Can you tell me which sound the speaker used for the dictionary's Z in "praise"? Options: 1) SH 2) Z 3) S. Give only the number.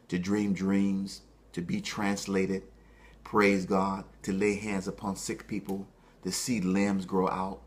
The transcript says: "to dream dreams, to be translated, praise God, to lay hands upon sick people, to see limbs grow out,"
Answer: 2